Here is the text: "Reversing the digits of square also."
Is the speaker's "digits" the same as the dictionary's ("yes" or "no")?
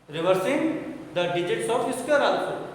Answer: yes